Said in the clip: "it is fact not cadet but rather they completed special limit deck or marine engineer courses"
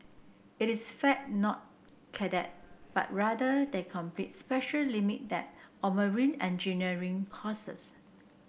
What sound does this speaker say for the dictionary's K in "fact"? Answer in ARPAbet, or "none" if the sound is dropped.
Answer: none